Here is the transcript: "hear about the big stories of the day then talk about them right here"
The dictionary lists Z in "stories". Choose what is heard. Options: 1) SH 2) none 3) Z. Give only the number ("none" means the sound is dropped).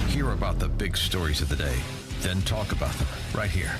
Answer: 3